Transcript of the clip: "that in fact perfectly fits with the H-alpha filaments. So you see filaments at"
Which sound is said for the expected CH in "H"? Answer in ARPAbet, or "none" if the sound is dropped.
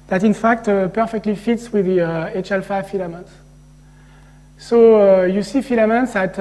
CH